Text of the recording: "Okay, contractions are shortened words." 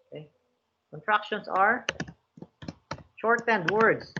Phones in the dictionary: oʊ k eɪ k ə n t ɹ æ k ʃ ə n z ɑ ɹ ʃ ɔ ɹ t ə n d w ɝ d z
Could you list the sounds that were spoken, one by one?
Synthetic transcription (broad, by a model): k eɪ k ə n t ɹ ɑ k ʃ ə n s ɑ ɹ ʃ ɔ ɹ t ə n d w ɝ d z